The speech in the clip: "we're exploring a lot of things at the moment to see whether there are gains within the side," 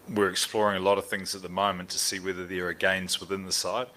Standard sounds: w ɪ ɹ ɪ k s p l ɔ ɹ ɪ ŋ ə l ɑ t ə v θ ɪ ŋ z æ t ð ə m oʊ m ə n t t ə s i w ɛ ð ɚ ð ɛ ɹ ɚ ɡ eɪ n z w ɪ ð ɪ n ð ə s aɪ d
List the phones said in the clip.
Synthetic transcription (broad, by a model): w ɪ ɹ ɪ k s p l ɔ ɹ ɪ ŋ ə l ɑ t ə v θ ɪ ŋ z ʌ t ð ə m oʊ m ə n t t ə s i w ɛ ð ɚ ð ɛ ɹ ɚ ɡ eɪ n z w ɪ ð ɪ n ð ə s aɪ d